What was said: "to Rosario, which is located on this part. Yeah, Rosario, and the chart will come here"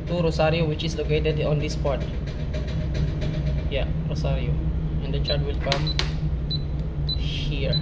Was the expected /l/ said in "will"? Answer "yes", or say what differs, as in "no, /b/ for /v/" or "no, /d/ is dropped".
yes